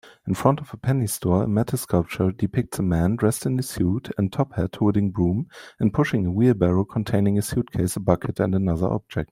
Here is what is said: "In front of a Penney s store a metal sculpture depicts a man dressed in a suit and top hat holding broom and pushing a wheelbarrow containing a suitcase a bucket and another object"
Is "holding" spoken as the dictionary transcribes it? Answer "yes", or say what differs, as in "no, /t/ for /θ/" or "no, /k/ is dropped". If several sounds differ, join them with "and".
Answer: no, /l/ is dropped